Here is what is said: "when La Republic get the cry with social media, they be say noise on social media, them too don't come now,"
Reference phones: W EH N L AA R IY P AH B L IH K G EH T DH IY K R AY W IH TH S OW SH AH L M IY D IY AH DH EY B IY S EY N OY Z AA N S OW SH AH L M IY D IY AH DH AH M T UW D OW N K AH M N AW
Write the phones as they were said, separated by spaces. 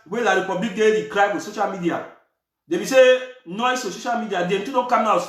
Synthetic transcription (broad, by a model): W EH L AA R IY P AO B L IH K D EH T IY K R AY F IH S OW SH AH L M IY D IY AH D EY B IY S EY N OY S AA S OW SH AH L M IY D IY AH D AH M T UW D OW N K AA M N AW